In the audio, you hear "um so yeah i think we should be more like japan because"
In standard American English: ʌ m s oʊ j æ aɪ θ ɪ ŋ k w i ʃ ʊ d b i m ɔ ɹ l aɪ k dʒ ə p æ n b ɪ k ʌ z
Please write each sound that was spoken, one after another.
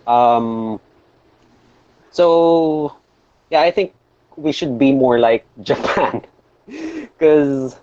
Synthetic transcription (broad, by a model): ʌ m s oʊ j æ aɪ θ ɪ ŋ k w i ʃ ʊ d b i m ɔ ɹ l aɪ k dʒ ə p æ n k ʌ z